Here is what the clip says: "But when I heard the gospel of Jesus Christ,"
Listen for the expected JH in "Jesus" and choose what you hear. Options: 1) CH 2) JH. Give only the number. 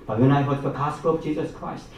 2